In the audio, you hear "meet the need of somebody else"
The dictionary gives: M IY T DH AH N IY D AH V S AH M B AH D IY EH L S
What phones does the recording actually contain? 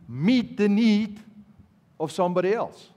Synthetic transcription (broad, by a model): M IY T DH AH N IY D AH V S AH M B AH D IY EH L S